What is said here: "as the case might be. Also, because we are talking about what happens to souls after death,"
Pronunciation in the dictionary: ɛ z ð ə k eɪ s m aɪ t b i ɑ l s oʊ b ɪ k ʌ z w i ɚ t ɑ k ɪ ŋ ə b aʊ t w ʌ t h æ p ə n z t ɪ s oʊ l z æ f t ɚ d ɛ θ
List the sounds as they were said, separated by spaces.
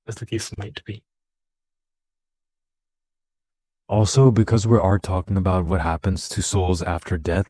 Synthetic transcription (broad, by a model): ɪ z ð ə k eɪ s m aɪ t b i ɑ l s oʊ b ɪ k ʌ z w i ɚ t ɑ k ɪ ŋ ə b aʊ t w ʌ t h æ p ə n z t ɪ s oʊ l z æ f t ɚ d ɛ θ